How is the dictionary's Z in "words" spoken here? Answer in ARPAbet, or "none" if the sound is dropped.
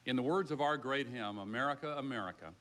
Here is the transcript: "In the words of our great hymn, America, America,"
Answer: Z